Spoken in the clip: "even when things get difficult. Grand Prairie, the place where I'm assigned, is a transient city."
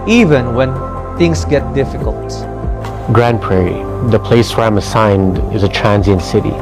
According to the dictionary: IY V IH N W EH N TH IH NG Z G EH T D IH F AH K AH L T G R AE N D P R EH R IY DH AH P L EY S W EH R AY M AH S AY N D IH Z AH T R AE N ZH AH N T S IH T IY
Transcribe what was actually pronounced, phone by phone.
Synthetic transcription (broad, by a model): IY V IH N W EH N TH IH NG S G EH T D IH F AH K AH L T G R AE N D P R EH R IY DH AH P L EY S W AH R AY M AH S AY N D IH Z AH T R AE N Z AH N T S IH T IY